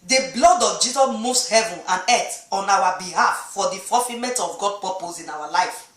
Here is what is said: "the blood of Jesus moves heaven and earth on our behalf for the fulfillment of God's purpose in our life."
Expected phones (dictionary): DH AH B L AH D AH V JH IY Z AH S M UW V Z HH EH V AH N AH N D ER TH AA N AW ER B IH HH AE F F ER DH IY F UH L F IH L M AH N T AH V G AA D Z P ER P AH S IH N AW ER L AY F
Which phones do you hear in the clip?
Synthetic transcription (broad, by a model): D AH B L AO D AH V JH IY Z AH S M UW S HH EH V AH N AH N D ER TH AA N AW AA B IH HH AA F F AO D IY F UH F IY M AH N T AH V G AA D P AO P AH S IH N AW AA L AY F